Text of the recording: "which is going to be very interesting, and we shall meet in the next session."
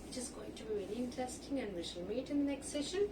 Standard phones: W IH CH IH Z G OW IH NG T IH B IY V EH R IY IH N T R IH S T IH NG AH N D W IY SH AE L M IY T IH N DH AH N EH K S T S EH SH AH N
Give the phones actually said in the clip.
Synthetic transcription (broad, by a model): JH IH S G OW IH NG T IH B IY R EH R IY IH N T IH S T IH NG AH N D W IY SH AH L M IY T IH N DH AH N EH K S T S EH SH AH N